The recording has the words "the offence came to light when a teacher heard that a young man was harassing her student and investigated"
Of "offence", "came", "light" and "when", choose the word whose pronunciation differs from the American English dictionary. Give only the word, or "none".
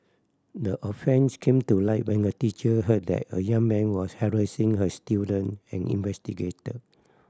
none